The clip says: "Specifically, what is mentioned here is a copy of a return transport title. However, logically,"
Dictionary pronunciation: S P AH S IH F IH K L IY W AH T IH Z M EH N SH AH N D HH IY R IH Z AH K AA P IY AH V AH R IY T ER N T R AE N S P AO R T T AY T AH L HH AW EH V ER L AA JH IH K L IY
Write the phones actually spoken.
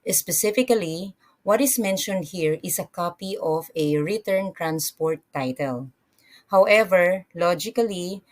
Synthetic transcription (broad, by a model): S P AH S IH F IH K L IY W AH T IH S M EH N SH AH N D HH IY R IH S AH K AA P IY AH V AH R IY T ER N T R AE N S P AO R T T AY T AH L HH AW EH V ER L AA JH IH K L IY